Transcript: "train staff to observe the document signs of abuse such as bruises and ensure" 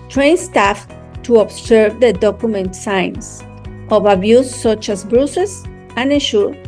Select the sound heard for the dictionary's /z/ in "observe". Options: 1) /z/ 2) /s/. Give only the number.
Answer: 2